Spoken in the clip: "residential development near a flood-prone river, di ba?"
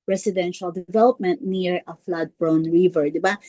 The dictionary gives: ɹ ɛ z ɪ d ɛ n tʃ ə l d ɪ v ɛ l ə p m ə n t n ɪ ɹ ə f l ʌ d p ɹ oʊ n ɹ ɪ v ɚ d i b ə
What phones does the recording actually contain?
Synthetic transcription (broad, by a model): ɹ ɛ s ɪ d ɛ n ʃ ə l d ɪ v ɛ l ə p m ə n t n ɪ ɹ ə f l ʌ d b ɹ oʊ n ɹ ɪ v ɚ d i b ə